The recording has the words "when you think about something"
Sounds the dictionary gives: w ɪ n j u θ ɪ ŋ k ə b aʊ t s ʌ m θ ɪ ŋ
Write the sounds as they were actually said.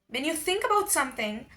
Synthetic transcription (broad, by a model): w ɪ n j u θ ɪ ŋ k ə b aʊ t s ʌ m θ ɪ ŋ